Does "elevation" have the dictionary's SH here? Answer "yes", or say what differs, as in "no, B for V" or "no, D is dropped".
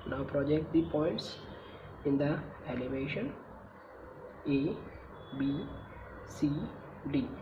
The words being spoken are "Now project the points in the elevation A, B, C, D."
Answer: yes